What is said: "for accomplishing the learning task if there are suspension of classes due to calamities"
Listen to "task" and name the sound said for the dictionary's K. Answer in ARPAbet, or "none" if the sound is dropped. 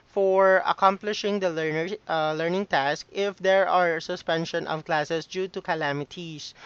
K